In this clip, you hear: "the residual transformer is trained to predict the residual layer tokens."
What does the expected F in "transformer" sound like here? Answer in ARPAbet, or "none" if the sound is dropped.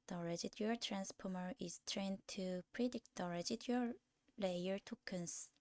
P